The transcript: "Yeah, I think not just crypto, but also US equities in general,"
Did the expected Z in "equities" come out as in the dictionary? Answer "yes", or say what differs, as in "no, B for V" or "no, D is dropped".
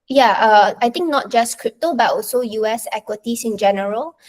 no, S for Z